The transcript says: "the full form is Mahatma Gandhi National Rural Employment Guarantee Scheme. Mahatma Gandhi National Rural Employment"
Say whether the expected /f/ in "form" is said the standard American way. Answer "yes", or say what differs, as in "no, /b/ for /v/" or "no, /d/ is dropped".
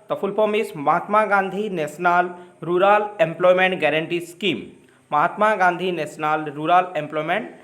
no, /p/ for /f/